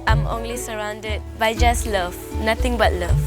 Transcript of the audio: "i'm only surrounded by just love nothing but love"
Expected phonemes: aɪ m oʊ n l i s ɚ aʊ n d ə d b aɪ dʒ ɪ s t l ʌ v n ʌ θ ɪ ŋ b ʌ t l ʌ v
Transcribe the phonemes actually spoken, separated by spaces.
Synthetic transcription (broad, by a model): aɪ m oʊ n l i s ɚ aʊ n d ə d b aɪ dʒ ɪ s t l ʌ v n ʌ t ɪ ŋ b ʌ t l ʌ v